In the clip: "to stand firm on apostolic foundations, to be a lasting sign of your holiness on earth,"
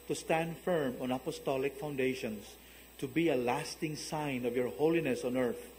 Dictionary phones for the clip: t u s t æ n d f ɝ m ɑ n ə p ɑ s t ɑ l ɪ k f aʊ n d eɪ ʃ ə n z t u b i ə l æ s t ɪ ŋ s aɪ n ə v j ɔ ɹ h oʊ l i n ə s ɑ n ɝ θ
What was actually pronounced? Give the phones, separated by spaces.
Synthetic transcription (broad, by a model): t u s t æ n d f ɝ m ɑ n ə p ɑ s t ɑ l ɪ k f aʊ n d eɪ ʃ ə n s t u b i ə l æ s t ɪ ŋ s aɪ n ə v j ɔ ɹ h oʊ l i n ə s ɑ n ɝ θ